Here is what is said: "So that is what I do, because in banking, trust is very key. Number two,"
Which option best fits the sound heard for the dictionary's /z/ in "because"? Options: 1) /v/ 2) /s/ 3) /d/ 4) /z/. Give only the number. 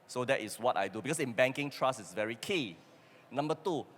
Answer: 2